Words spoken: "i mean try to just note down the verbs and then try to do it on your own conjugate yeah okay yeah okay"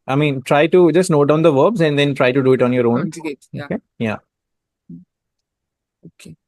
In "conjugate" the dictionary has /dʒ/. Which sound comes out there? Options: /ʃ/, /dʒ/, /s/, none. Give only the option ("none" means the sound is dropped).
none